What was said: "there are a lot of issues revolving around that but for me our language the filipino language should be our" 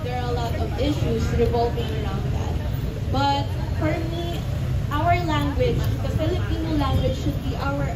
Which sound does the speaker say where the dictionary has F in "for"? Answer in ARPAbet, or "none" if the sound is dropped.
P